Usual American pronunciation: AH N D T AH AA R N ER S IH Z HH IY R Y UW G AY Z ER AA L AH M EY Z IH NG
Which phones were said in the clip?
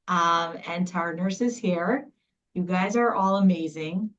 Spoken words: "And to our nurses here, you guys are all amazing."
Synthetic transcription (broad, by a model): AH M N T AA R N ER S IH Z HH IY R Y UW G AY Z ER AA L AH M EY Z IH NG